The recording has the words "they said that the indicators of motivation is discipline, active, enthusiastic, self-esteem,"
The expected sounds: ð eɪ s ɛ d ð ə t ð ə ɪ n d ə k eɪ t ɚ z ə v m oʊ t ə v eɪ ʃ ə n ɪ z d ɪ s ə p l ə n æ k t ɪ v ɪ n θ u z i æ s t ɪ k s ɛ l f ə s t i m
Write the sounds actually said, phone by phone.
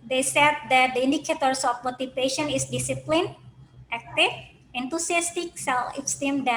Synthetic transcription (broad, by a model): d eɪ s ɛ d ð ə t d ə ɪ n d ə k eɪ t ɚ s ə f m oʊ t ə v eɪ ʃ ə n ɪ s d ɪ s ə p l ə n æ k t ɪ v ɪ n t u s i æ s t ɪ k s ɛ l ə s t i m